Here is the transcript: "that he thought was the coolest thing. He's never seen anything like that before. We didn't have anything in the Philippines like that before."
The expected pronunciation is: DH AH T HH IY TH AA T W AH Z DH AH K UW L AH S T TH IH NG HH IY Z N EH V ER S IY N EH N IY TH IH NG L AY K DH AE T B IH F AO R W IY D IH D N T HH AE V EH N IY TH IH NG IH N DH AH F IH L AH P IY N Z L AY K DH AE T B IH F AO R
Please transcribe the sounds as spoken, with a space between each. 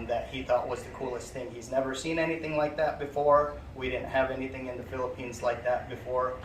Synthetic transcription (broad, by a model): DH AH T HH IY TH AA T W AH Z DH AH K UW L AH S T TH IH NG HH IY Z N EH V ER S IY N EH N IY TH IH NG L AY K DH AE T B IH F AO R W IY D IH D N T HH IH V EH N IY TH IH NG IH N DH AH F IH L AH P IY N Z L AY K DH AE T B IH F AO R